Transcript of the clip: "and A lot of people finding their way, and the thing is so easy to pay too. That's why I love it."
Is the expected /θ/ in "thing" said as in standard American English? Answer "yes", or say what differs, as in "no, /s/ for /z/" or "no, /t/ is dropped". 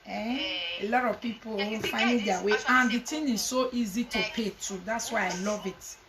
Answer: no, /t/ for /θ/